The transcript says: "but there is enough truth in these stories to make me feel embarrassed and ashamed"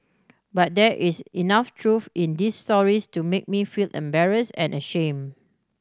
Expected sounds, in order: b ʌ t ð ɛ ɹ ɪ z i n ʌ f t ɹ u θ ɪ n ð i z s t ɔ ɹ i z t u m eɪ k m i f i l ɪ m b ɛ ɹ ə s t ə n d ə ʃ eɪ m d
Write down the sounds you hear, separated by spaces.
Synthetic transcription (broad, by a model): b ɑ t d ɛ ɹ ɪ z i n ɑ f t ɹ u f ɪ n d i s t ɔ ɹ i s t u m eɪ k m i f i l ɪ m b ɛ ɹ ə s ə n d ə ʃ eɪ m